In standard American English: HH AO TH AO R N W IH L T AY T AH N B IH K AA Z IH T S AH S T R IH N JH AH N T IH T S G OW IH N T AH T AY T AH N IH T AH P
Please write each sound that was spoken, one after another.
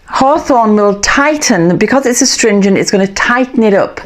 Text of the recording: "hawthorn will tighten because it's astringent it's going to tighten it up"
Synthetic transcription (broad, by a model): HH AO TH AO N W IH L T AY T N B IH K AA Z IH T S AH S T R IH N JH AH N T IH T S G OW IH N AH T AY T N IH T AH P